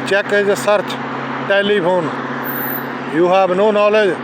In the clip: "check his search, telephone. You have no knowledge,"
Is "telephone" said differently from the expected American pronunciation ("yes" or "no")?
yes